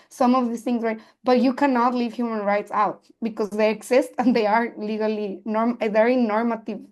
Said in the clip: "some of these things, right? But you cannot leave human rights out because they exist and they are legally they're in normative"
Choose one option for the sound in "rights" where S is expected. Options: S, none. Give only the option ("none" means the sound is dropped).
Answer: S